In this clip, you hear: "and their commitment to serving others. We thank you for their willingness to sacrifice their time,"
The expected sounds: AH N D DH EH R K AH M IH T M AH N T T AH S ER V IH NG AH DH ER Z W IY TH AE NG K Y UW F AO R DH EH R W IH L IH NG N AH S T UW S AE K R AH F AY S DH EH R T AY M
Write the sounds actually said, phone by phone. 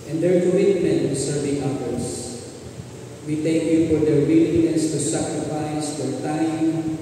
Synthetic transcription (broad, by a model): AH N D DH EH R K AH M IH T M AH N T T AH S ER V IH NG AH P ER S W IY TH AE K Y UW F AO R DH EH R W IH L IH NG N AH S T UW S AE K R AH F AY S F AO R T AY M